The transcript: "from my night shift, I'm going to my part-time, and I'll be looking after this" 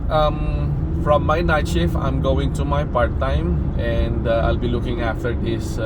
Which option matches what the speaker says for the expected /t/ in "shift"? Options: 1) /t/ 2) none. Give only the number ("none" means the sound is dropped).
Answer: 2